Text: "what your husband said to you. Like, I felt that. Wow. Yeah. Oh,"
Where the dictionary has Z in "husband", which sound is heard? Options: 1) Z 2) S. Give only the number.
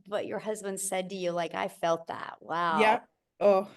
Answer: 1